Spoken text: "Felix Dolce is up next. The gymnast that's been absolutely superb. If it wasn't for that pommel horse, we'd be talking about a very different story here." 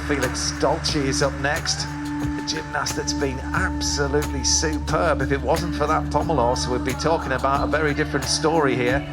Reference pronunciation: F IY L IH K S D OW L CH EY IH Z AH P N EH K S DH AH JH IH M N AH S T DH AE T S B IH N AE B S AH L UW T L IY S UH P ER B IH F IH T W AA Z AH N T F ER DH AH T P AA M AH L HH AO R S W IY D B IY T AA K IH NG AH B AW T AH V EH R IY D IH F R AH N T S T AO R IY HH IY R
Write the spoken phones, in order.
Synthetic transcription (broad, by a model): F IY L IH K S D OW L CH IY IH Z AH P N EH K S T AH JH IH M N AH S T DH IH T S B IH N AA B S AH L UW T L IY S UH P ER B IH F IH T W AA Z AH N T F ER DH AH T P AA M AH L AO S W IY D B IY T AA K IH NG AH B AW T AH V EH R IY D IH F R AH N T S T AO R IY HH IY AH